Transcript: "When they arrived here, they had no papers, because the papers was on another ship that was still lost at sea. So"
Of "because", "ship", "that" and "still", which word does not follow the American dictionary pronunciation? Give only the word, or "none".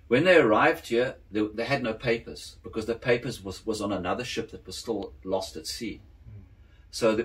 none